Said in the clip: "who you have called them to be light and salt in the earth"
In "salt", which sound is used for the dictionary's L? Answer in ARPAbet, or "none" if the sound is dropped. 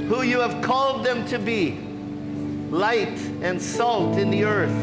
L